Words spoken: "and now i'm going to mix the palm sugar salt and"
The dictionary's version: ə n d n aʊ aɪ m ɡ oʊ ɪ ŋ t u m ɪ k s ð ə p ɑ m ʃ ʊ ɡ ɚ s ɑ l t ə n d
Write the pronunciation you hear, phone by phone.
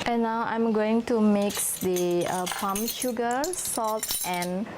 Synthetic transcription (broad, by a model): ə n n aʊ aɪ m ɡ oʊ ɪ ŋ t u m ɪ k s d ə p ɑ m ʃ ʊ ɡ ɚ s ɑ l t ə n